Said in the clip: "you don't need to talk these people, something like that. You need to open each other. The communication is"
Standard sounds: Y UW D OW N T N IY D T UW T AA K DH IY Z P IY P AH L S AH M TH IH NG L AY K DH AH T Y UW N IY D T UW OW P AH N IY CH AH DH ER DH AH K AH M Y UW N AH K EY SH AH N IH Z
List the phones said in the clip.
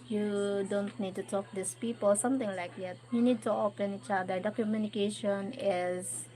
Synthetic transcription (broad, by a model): Y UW D OW N T N IY D T UW T AA K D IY S P IY P AH L S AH M T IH NG L AY K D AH T Y UW N IY D T UW OW P AH N IY CH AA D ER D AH K AH M Y UW N AH K EY SH AH N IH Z